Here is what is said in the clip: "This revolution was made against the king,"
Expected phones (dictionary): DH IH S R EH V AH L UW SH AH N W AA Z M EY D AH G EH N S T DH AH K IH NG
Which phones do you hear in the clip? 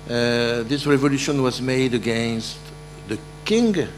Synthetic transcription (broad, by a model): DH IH S R EH V AH L UW SH AH N W AA Z M EY D AH G EH N S T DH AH K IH NG